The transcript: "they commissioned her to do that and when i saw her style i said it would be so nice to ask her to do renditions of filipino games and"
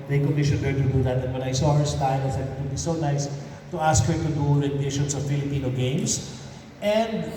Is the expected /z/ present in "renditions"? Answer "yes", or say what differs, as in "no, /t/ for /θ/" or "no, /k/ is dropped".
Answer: no, /s/ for /z/